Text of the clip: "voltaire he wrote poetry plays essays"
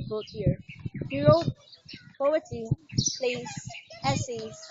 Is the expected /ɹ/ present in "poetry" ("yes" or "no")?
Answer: no